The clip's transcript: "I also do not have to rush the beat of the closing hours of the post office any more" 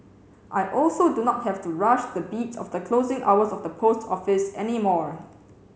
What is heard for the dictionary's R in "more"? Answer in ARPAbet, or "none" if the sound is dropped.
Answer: R